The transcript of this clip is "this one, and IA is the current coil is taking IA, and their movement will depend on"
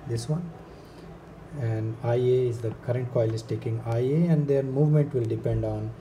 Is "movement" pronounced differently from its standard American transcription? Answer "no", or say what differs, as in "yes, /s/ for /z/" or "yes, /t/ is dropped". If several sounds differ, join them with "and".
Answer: no